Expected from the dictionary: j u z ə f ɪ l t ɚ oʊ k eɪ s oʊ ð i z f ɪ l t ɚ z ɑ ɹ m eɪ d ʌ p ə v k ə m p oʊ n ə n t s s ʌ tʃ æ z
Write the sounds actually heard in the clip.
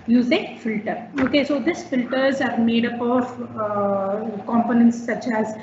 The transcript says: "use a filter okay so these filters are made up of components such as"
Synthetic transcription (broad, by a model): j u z ə f ɪ l t ɚ oʊ k eɪ s oʊ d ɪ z f ɪ l t ɚ z ɑ ɹ m eɪ d ʌ p ə v k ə m p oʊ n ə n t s s ʌ tʃ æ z